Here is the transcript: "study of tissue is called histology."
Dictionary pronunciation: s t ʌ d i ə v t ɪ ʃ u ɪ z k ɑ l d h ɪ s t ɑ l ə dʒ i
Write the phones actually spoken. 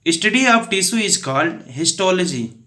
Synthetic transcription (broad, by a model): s t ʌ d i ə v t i s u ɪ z k ɑ l d h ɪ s t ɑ l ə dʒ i